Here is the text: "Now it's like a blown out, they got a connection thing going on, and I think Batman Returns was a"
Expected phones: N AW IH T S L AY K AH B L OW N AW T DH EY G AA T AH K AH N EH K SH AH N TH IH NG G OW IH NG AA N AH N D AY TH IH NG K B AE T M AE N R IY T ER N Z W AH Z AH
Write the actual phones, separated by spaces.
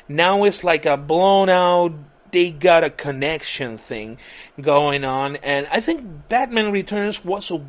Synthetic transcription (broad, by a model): N AW IH T S L AY K AH B L OW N AW T DH EY G AA T AH K AH N EH K SH AH N TH IH NG G OW IH NG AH N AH N AY TH IH NG K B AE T M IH N R IY T ER N Z W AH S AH